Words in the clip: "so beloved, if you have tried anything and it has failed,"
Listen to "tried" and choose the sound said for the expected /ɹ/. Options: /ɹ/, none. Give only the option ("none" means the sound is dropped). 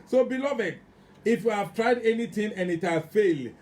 /ɹ/